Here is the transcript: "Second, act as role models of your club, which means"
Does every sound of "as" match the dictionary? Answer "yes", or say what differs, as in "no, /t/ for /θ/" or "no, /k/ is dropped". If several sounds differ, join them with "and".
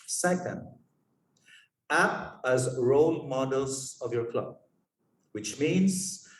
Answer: yes